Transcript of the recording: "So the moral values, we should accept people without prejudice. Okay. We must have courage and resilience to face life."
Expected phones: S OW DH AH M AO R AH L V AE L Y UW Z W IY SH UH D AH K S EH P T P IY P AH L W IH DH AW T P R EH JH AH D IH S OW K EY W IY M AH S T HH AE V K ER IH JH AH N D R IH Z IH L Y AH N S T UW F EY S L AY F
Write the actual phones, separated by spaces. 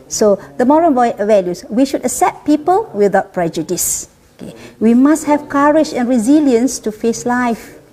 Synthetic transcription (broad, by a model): S OW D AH M AO R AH N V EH L Y UW S W IY SH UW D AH S EH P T P IY P AH L W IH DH AW T P R EH JH AH D IH S OW K EY W IY M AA S T HH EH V K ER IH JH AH N R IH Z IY L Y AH N S T UW F EY S L AY F